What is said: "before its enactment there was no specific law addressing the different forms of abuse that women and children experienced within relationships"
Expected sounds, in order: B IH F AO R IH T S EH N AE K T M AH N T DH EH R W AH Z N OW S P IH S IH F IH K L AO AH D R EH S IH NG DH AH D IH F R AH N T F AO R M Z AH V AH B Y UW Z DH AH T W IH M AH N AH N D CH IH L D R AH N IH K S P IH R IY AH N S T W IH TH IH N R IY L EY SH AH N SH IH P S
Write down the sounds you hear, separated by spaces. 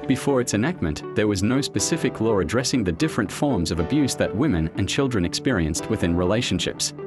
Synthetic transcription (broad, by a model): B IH F AO R IH T S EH N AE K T M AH N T DH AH R W AH Z N OW S P IH S IH F IH K L AO AH D R EH S IH NG DH AH D IH F R AH N T F AO R M Z AH V AH B Y UW Z DH AH T W IH M AH N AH N CH IH L D R AH N IH K S P IH R IY AH N S T W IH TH IH N R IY L EY SH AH N SH IH P S